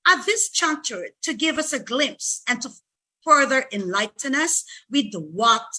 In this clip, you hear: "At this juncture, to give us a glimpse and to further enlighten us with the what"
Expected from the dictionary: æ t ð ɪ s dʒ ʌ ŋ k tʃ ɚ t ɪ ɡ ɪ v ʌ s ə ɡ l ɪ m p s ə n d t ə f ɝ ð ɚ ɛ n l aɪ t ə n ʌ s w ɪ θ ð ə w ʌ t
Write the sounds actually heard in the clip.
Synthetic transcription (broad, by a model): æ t ð ɪ s tʃ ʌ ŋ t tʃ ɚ t ɪ ɡ ɪ v ʌ s ə ɡ l ɪ m p s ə n t ə f ɝ ð ɚ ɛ n l aɪ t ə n ʌ s w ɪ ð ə w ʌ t